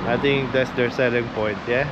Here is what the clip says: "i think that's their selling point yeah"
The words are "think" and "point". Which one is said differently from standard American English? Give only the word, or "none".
think